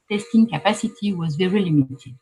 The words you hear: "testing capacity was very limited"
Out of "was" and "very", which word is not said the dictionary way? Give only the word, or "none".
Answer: none